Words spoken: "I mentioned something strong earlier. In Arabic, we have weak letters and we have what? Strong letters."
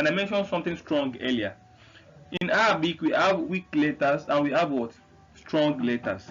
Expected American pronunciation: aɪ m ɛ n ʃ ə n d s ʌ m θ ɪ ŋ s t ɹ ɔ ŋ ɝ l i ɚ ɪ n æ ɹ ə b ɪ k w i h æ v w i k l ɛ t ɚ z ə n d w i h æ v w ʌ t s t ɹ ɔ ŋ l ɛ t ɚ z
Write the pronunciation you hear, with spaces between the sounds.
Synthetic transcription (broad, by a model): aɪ m ɛ n ʃ ə n d s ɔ m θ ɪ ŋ s t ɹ ɔ ŋ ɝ l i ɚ ɪ n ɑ ə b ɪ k w i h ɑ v w i k l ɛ t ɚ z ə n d w i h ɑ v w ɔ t s t ɹ ɔ ŋ l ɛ t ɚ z